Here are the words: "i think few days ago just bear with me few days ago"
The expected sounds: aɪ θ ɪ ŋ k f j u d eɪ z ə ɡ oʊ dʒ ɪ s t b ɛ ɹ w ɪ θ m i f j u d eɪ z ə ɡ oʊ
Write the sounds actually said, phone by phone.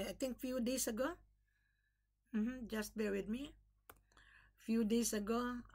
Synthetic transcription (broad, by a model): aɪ t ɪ ŋ k f j u d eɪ s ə ɡ oʊ dʒ ɪ s t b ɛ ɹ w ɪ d m i f j u d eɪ s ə ɡ oʊ